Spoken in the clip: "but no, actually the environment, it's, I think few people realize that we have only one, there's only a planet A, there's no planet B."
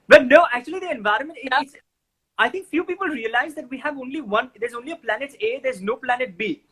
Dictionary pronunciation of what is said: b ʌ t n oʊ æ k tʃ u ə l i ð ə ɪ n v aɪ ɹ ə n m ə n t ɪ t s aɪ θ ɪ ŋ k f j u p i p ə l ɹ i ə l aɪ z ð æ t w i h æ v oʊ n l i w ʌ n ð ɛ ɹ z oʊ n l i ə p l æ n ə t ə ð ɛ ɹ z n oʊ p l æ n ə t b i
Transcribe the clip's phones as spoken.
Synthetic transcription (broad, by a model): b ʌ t n oʊ æ k tʃ u ə l i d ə ɪ n v aɪ ɹ ə n m ə n t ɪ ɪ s aɪ t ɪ ŋ k f j u p i p ə l ɹ i ə l aɪ z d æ t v i h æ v oʊ n l i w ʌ n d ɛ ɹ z oʊ n l i ə p l æ n ə t ə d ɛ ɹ z n oʊ p l æ n ə t b i